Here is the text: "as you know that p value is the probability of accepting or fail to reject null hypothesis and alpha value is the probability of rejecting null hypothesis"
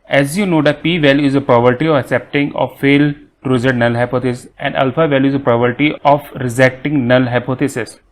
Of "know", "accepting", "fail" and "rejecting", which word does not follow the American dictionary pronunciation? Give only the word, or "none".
rejecting